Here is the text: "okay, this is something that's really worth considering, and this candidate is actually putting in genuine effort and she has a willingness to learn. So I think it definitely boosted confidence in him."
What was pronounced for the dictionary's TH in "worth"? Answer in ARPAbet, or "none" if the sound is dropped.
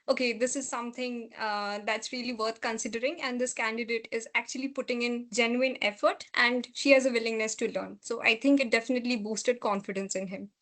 T